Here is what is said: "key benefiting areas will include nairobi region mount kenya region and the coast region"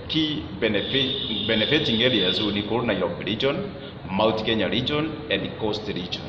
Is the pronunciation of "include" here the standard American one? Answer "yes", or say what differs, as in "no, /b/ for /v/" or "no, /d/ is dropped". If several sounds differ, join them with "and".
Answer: no, /n/ is dropped and /l/ is dropped